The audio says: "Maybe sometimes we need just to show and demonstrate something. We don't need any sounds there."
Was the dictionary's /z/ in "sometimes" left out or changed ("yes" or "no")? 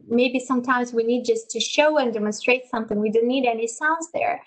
no